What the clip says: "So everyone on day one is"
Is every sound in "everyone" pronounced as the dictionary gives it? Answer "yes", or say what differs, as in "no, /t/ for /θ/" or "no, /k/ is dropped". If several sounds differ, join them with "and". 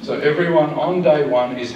yes